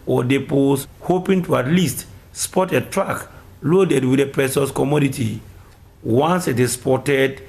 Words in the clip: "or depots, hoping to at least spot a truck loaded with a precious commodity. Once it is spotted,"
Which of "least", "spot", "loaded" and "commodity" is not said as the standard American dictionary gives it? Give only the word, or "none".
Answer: none